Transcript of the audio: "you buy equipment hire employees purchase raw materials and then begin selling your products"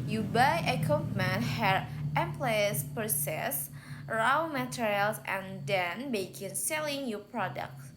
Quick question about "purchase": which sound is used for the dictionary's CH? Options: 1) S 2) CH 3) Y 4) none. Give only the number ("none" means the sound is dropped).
1